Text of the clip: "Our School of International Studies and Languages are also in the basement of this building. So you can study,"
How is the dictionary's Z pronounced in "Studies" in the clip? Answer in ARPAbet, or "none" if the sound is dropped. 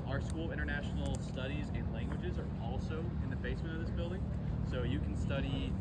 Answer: Z